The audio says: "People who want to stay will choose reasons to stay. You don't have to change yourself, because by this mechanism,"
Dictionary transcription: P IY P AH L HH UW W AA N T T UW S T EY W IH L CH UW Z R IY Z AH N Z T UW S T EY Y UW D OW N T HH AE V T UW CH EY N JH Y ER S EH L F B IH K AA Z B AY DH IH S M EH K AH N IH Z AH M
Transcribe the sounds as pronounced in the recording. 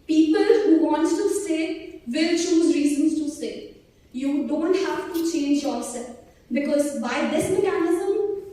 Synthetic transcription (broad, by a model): P IY P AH L HH UW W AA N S T UW S EY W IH L CH UW Z R IY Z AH N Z T UW S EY Y UW D OW N T HH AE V T UW CH EY N JH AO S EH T B IH K AA Z B AY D IH S M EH K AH N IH Z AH M